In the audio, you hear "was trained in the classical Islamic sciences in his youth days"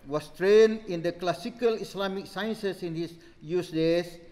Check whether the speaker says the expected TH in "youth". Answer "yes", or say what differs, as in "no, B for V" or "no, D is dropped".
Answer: no, S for TH